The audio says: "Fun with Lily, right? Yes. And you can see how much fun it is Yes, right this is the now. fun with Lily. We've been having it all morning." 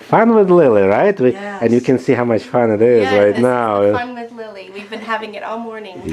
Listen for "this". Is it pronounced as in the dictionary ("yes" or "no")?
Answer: no